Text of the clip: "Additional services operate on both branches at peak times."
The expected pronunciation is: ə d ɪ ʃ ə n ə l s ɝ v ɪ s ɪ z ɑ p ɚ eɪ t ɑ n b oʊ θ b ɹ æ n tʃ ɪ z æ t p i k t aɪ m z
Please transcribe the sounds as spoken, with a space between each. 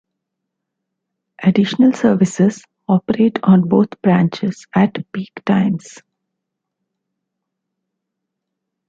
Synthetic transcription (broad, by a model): ə d ɪ ʃ ə n ə l s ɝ v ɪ s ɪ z ɑ p ɚ eɪ t ɑ n b oʊ t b ɹ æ n tʃ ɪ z æ t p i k t aɪ m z